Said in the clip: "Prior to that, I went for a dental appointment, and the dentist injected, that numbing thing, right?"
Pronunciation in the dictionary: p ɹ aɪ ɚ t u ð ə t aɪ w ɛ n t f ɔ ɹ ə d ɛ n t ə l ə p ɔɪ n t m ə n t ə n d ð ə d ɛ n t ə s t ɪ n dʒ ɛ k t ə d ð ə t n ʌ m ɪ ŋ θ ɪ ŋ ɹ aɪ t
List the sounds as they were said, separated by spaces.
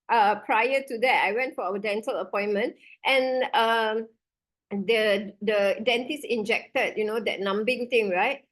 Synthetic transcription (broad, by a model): p ɹ aɪ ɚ t u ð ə t aɪ w ɛ n t f ɔ w ə d ɛ n t ə l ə p ɔɪ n m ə n t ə n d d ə d ɛ n t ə s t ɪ n dʒ ɛ k t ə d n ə t n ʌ m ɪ ŋ t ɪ ŋ ɹ aɪ t